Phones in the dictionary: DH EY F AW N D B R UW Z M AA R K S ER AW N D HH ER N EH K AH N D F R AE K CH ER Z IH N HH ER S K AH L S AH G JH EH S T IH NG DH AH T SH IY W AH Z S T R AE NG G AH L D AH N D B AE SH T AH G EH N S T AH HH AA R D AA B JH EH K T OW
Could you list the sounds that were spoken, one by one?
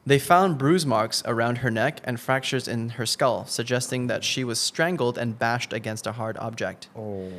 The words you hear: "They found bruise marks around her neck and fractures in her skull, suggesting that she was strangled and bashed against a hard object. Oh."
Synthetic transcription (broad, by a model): DH EY F AW N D B R UW Z M AA R K S ER AW N D HH ER N EH K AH N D F R AE K CH ER Z IH N ER S K AH L S AH G JH EH S T IH NG DH AH T SH IY W AH Z S T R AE NG G L D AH N B AE SH T AH G EH N S T AH HH AA R D AA B JH EH K T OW